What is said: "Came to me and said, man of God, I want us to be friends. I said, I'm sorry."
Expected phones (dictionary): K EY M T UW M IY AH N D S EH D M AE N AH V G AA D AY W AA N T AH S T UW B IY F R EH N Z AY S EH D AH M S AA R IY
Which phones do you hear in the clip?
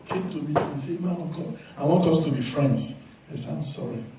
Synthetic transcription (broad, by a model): K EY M T UW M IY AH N S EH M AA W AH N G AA AY W AA N T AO S T UW B IY F R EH N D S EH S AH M S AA R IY